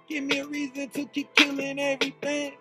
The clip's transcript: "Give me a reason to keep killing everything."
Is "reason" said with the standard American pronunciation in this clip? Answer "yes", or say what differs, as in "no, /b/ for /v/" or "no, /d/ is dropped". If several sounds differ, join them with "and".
yes